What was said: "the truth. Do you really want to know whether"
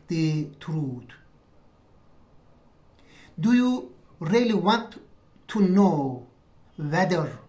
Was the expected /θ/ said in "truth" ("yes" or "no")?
no